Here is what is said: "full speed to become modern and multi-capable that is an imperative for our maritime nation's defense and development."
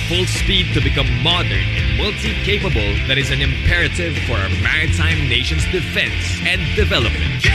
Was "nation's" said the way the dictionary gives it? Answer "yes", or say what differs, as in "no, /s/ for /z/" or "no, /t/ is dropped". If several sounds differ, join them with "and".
yes